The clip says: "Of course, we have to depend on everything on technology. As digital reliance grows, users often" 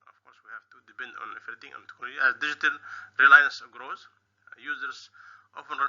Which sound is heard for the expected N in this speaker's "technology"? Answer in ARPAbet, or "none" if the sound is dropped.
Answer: none